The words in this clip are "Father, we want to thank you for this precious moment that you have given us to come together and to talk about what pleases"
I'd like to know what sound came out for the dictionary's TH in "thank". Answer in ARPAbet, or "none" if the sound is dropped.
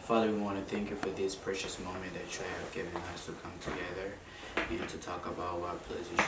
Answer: TH